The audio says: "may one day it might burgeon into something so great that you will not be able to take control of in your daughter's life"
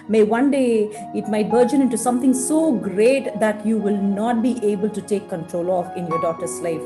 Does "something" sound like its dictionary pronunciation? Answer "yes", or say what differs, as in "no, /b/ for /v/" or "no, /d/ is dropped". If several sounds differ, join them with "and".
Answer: no, /t/ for /θ/